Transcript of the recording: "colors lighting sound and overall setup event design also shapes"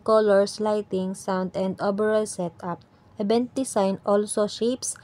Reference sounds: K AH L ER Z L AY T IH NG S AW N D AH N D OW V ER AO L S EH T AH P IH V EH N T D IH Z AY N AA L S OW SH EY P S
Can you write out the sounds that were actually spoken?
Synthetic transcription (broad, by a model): K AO L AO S L AY T IH NG S AW N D AH N D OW B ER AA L S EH T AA P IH B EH N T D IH S AY N AA L S OW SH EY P S